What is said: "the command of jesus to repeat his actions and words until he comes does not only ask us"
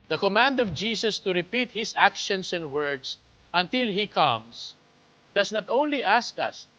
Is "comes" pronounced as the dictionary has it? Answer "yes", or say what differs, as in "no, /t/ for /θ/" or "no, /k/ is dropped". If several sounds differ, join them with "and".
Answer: no, /s/ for /z/